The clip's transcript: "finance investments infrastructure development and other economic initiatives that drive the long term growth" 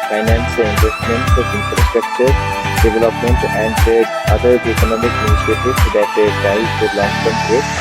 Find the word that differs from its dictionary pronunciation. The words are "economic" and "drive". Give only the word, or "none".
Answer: drive